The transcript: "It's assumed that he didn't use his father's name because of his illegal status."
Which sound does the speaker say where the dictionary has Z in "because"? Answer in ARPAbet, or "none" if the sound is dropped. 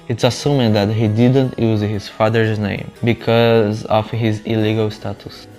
Z